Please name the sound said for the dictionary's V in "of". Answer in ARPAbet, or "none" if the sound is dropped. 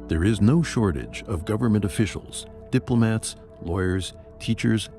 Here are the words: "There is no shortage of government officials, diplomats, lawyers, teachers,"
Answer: V